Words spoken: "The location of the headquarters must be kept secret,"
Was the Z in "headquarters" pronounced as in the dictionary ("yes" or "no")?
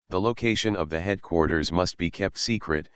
yes